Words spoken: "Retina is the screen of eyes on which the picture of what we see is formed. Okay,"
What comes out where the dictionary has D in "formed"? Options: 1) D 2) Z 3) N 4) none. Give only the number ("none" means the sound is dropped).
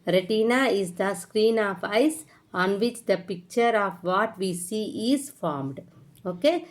1